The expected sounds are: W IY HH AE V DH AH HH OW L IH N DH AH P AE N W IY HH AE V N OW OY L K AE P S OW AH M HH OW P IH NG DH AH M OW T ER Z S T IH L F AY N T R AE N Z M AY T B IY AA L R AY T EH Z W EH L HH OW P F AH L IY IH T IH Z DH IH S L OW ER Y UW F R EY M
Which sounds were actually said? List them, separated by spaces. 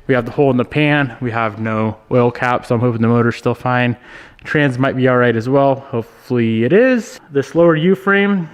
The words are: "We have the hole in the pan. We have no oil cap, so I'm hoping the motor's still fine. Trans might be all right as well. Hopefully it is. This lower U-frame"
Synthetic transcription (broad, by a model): W IY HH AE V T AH HH OW L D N DH AH P AE N W IY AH V N OW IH L K AE P S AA AH M HH OW P IH NG DH AH M OW T ER Z S T IH L F AY N T R AE N Z M AY T B IY AA L R AY T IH Z W EH L HH OW P F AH L IY IH T IH Z DH IH S L OW ER Y UW F R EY M